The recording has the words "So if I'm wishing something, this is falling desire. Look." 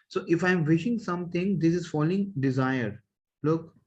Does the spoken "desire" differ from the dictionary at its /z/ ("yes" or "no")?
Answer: no